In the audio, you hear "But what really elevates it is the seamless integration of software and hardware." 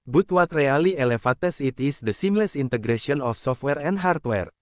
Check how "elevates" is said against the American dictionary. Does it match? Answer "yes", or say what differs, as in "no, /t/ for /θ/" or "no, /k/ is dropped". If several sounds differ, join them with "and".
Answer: no, /f/ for /v/